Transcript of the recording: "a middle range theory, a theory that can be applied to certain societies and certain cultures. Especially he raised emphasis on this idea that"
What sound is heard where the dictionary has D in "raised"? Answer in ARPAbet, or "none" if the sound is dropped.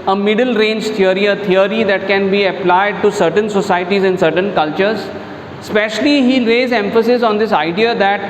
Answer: none